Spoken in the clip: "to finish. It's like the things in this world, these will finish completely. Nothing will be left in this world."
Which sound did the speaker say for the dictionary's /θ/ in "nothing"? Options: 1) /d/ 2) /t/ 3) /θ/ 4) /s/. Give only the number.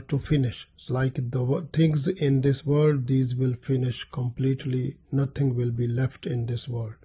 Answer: 2